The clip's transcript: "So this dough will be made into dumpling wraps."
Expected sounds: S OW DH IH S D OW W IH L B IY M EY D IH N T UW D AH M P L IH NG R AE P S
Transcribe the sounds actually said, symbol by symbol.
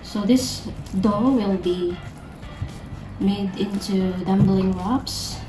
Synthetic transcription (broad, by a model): S OW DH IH S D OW W IH L B IY M EY D IH N T UW D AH M B L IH NG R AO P S